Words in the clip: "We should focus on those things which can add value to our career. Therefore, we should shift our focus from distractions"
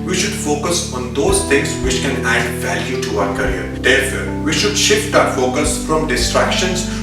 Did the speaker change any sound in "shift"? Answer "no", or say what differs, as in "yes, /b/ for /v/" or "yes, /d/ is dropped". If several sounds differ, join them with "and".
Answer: no